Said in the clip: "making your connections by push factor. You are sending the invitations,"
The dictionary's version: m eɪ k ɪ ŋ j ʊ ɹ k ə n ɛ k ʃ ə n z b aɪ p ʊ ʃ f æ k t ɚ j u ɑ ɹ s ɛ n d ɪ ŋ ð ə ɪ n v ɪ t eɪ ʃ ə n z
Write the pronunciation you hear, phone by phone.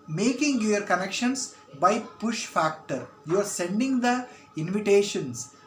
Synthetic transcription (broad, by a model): m eɪ k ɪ ŋ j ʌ ɹ k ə n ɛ k ʃ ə n s b aɪ p ʊ ʃ f æ k t ɚ j u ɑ ɹ s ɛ n d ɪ ŋ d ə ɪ n v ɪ t eɪ ʃ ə n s